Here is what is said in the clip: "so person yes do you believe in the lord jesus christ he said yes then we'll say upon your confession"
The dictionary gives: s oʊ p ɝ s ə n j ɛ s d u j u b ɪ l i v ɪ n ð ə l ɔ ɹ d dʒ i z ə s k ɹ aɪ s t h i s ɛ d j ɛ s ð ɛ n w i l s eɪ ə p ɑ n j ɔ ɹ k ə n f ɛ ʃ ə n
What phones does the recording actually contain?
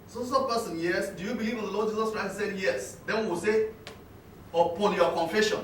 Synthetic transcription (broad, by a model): s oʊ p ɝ s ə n j ɛ s d u j u b ɪ l i v ɪ n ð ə l ɔ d dʒ i z ə s k ɹ aɪ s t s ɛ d j ɛ s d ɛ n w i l s eɪ ə p ɑ n j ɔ k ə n f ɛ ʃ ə n